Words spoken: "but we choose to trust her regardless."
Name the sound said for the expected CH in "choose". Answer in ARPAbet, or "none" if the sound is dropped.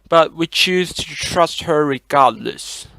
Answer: CH